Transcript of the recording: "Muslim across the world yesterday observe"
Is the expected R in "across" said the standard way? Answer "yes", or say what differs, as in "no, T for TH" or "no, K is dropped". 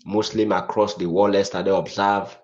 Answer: yes